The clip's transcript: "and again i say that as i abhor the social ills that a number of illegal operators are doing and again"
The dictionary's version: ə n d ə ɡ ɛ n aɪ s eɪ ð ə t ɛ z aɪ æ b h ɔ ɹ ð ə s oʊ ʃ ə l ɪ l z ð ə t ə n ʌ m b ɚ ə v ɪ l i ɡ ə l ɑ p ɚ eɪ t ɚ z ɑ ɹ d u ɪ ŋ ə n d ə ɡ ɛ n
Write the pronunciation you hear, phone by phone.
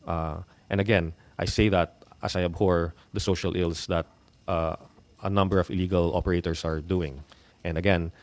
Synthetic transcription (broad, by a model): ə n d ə ɡ ɛ n aɪ s eɪ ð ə t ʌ s aɪ æ b h ɔ ɹ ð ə s oʊ ʃ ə l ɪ l s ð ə t ə n ʌ m b ɚ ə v ɪ l i ɡ ə l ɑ p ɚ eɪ t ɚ s ɑ ɹ d u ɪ ŋ ə n d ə ɡ ɛ n